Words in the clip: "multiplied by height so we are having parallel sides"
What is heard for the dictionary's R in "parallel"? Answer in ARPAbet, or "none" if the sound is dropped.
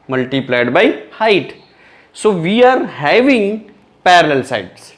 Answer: R